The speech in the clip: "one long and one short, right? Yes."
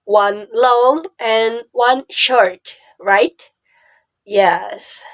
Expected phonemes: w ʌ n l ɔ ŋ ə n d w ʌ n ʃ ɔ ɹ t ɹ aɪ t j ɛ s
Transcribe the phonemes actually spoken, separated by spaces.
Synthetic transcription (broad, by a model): w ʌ n l ɔ ŋ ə n w ʌ n ʃ ɔ ɹ t ɹ aɪ t j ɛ s